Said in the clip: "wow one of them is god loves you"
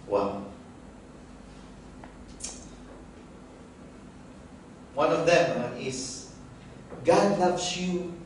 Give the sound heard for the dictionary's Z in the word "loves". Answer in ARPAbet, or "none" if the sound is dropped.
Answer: S